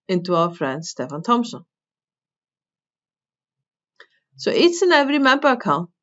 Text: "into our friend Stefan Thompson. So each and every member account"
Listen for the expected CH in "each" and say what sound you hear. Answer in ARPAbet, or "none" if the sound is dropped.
S